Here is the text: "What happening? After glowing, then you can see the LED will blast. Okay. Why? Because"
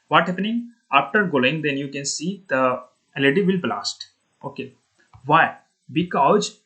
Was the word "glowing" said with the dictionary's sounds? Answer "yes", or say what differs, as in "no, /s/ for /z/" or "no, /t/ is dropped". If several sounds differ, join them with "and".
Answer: no, /l/ is dropped